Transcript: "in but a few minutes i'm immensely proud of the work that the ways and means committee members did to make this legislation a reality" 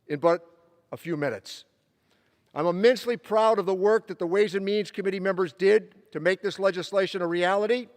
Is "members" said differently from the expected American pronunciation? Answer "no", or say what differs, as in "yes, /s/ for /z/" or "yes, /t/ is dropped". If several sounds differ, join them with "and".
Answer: no